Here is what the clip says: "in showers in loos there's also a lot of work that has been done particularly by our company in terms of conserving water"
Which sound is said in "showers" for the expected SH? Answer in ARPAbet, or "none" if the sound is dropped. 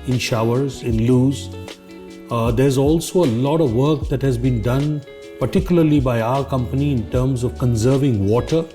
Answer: SH